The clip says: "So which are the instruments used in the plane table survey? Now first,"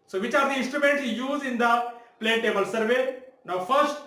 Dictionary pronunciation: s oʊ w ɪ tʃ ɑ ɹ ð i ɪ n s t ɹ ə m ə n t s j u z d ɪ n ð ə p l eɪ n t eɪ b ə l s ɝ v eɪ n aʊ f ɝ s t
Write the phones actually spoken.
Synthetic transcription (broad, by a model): s oʊ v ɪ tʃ ɑ ɹ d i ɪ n s t ɹ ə m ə n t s j u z ɪ n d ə p l eɪ t eɪ b ə l s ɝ v eɪ n aʊ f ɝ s t